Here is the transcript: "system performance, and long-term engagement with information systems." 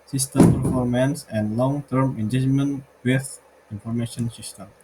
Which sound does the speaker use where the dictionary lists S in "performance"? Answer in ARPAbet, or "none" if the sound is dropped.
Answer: S